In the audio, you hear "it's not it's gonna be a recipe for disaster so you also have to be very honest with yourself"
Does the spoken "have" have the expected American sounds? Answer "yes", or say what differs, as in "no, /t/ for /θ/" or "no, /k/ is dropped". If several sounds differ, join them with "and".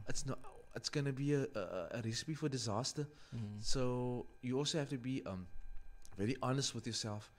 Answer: no, /f/ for /v/